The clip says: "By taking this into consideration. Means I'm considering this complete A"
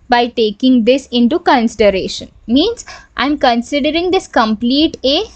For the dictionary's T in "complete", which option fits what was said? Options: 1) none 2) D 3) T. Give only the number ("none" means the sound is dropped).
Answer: 3